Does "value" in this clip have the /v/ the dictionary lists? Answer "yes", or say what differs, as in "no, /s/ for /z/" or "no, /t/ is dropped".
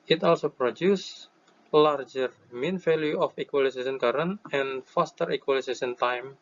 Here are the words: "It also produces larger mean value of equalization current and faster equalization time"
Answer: no, /f/ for /v/